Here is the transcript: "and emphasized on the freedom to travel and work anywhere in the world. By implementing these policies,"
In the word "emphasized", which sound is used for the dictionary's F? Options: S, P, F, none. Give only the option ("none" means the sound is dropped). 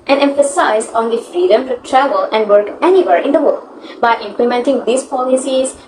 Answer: F